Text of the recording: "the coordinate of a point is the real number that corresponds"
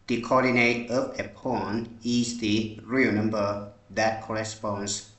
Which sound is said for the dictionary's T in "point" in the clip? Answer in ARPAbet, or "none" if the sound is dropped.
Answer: none